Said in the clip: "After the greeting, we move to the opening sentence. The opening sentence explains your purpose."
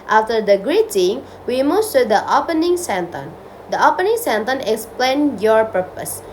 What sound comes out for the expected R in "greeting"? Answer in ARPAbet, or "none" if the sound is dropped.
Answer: R